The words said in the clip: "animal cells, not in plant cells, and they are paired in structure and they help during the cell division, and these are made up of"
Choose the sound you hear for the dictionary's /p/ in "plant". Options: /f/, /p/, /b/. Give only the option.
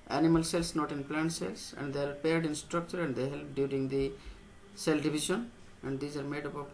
/p/